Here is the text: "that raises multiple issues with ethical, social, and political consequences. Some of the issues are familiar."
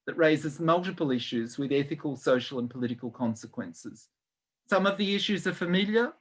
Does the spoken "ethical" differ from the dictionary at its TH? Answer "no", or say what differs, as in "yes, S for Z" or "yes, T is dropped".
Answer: no